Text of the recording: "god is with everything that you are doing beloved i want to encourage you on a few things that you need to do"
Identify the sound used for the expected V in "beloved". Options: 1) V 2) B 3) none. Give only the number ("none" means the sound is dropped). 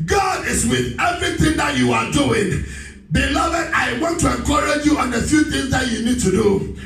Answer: 1